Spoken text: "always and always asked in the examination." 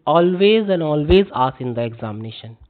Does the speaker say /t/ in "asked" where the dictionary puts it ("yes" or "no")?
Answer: no